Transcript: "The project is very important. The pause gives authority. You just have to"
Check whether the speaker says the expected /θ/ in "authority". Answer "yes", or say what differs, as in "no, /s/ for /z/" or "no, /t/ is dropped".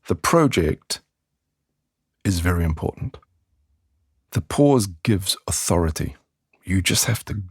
yes